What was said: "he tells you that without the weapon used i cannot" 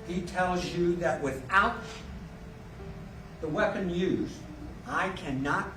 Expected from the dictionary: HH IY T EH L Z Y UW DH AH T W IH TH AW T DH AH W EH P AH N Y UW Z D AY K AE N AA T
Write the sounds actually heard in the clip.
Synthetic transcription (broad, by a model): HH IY T EH L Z Y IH DH AH T W IH TH AW T DH AH W EH P AH N Y UW Z AY K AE N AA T